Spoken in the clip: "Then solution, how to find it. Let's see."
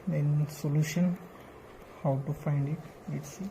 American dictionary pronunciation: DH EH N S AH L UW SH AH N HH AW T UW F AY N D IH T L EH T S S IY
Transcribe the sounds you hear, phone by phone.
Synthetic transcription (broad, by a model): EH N S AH L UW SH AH N HH AW T UW F AY N D IH T W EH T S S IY